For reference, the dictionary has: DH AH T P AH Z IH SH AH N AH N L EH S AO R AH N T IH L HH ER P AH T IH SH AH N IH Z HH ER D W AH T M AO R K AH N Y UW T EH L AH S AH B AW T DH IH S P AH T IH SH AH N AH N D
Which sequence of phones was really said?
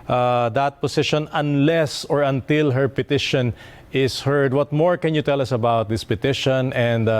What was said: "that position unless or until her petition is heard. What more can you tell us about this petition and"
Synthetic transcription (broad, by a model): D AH T P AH S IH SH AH N AH N L EH S AO R AH N T IH L HH ER P AH T IH SH AH N IH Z HH ER D W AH T M AO R K AH N Y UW T EH L AH S AH B AW T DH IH S P AH T IH SH AH N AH N D